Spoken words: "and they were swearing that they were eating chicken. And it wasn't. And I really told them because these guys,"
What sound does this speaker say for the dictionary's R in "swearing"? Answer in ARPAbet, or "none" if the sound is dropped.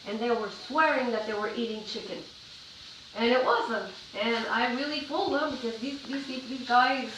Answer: R